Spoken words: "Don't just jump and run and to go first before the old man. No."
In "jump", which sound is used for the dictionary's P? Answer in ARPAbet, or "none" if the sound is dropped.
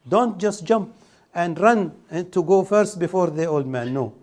P